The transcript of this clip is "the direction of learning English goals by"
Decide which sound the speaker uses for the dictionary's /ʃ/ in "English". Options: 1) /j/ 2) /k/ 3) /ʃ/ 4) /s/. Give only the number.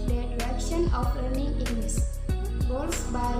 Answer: 4